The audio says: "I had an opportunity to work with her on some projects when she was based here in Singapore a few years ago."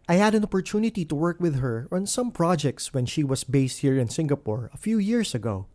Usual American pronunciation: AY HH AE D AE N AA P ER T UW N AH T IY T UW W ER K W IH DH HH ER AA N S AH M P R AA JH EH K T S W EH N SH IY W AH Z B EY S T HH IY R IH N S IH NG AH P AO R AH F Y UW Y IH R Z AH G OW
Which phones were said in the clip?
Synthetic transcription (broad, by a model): AY HH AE D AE N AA P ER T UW N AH T IY T UW W ER K W IH DH HH ER AA N S AH M P R AA JH EH K T S W EH N SH IY W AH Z B EY S T HH IY R IH N S IH NG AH P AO R AH F Y UW Y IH R S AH G OW